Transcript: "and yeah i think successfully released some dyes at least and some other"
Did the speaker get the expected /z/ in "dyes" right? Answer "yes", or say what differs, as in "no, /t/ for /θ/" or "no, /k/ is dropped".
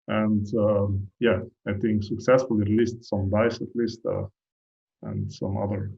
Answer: no, /s/ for /z/